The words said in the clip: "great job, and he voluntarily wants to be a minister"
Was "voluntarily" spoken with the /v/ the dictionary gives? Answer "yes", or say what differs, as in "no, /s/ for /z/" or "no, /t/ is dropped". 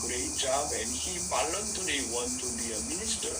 no, /p/ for /v/